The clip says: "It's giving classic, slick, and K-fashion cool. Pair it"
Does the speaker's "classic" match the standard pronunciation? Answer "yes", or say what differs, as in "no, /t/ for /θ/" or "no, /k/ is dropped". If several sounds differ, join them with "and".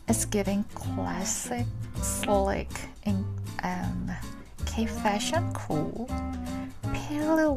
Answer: yes